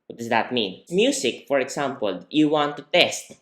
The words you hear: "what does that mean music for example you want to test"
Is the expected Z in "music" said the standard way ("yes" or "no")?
no